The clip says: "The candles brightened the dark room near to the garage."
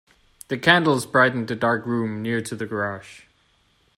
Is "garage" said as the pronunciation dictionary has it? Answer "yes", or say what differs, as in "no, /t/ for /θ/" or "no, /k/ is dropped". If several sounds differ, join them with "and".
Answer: no, /ʃ/ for /ʒ/